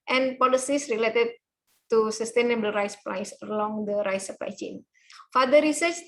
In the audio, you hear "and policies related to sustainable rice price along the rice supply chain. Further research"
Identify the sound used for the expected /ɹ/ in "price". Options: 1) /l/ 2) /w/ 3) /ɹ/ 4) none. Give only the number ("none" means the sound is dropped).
1